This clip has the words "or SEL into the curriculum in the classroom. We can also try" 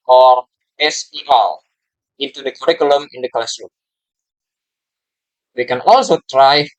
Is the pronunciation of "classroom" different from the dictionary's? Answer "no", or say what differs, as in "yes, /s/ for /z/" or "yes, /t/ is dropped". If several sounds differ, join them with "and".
yes, /l/ is dropped